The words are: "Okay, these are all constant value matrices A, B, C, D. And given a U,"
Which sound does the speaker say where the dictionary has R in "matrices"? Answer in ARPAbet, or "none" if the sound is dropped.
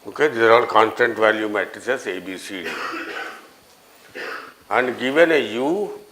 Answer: none